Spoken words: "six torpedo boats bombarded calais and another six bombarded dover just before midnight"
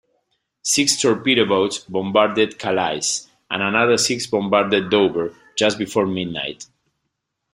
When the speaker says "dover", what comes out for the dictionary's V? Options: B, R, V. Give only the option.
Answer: B